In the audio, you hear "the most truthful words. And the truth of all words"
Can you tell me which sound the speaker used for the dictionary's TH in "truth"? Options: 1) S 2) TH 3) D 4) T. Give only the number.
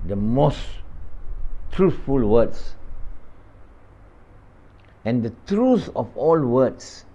1